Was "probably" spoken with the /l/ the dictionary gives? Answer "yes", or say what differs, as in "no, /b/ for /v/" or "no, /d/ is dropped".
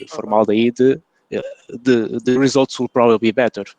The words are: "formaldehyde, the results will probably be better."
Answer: no, /l/ is dropped